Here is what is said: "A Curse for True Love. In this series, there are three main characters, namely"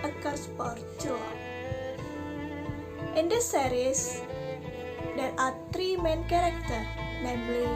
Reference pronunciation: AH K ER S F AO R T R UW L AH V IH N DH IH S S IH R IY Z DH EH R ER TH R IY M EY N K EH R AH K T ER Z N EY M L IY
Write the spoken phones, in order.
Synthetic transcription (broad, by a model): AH K ER S P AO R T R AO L IH N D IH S S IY R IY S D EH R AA T R IY M EY N K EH R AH K T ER N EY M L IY